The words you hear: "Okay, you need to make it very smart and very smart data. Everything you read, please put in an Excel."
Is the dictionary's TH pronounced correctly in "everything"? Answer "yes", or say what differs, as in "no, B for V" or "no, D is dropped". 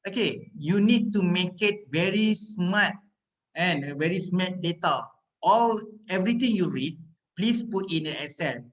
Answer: no, T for TH